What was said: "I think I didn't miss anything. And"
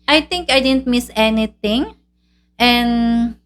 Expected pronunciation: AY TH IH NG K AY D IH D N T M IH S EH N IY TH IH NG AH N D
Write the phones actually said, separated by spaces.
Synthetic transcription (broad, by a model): AY T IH NG K AY D IH D N T M IH S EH N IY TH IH NG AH N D